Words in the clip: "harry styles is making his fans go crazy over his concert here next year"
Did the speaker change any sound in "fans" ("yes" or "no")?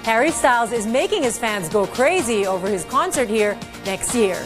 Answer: no